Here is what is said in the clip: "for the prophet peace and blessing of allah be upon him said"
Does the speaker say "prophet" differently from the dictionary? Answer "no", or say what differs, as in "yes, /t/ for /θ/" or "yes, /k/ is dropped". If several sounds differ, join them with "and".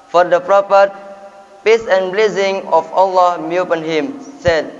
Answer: yes, /p/ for /f/